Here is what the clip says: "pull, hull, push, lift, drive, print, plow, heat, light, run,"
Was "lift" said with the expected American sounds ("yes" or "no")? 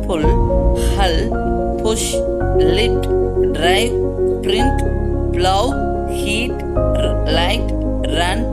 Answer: no